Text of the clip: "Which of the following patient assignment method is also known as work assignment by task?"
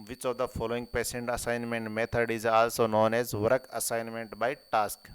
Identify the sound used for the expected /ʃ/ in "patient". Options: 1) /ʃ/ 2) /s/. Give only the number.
2